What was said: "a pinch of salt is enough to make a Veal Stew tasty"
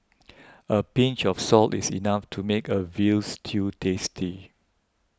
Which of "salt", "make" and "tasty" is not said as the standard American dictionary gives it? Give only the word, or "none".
none